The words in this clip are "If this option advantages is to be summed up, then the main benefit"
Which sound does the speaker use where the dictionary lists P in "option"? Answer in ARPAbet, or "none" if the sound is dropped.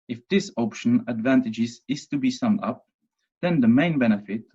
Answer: P